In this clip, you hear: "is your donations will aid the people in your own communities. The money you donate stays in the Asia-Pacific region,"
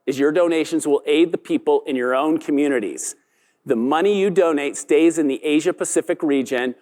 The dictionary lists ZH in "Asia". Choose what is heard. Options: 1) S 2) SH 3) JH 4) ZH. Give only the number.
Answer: 4